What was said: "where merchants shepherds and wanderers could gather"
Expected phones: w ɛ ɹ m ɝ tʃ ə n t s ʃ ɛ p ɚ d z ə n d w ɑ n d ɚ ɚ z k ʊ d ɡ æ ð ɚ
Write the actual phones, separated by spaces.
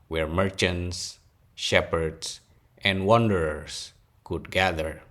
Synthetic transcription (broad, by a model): w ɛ ɹ m ɝ tʃ ə n t s ʃ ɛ p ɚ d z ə n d w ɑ n d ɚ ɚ s k ʊ d ɡ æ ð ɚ